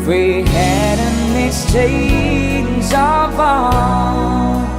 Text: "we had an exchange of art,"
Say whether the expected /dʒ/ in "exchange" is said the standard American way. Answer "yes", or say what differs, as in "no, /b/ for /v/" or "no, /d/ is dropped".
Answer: no, /z/ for /dʒ/